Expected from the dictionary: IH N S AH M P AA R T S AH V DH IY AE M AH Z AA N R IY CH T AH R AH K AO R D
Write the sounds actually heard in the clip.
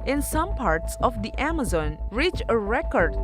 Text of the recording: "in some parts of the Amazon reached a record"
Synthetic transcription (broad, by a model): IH N S AH M P AA R T S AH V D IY AE M AH Z AA N R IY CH AH R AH K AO R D